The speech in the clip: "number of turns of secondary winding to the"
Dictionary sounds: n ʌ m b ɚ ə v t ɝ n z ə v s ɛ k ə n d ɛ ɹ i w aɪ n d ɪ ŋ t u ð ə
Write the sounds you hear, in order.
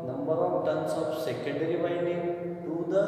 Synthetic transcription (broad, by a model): n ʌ m b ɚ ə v t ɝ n s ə f s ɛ k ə n d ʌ ɹ i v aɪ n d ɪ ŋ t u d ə